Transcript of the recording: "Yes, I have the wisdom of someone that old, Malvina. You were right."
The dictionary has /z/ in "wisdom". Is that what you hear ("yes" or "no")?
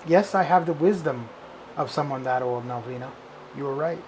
yes